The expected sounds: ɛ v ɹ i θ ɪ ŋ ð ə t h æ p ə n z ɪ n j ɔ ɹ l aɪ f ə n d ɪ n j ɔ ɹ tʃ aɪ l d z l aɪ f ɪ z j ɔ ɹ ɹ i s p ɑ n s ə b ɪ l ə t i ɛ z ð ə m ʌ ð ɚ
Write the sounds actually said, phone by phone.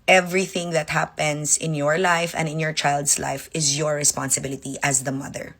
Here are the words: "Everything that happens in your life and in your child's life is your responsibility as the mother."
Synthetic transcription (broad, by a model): ɛ v ɹ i θ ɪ ŋ ð ə t h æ p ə n s ɪ n j ɔ ɹ l aɪ f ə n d ɪ n j ɔ ɹ tʃ aɪ l d s l aɪ f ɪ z j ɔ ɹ ɹ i s p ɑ n s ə b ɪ l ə t i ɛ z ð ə m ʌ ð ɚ